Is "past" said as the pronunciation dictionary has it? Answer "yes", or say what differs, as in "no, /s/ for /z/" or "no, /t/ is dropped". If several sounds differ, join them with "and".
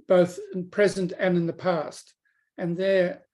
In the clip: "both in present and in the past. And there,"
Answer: yes